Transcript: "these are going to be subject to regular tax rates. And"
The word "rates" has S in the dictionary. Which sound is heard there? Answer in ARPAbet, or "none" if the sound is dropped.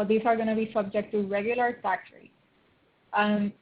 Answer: none